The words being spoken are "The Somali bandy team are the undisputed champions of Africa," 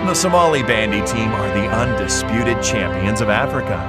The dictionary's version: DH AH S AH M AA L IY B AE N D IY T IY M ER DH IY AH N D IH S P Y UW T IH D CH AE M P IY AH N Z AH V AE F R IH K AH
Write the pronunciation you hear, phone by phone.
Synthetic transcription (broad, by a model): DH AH S AH M AA L IY B AE N D IY T IY M ER DH IY AH N D IH S P Y UW T IH D CH AE M P IY AH N Z AH V AE F R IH K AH